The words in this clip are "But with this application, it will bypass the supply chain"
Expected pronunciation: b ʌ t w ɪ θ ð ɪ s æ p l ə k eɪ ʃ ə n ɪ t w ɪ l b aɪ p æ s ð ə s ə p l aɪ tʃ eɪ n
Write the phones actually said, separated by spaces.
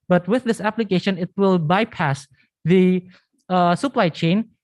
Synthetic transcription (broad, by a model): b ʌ t w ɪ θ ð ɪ s æ p l ə k eɪ ʃ ə n ɪ t w ɪ l b aɪ p æ s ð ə s ə p l aɪ tʃ eɪ n